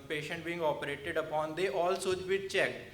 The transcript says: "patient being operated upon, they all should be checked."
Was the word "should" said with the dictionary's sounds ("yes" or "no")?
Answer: no